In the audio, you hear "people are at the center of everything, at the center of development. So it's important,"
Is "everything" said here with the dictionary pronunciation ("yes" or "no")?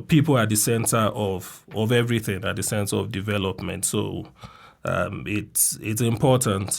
yes